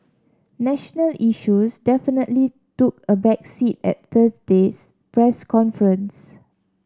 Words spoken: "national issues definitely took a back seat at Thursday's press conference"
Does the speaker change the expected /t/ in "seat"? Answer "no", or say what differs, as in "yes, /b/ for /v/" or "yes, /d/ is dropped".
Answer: no